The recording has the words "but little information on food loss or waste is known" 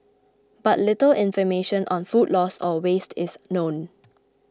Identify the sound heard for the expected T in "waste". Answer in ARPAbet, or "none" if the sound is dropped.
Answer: T